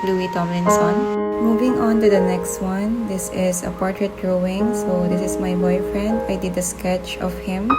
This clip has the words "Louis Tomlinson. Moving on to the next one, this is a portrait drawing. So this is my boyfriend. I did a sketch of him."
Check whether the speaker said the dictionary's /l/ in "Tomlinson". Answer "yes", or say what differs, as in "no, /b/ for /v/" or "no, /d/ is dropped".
no, /l/ is dropped